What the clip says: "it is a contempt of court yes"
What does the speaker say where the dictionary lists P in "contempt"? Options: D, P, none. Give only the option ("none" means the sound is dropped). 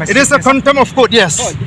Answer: none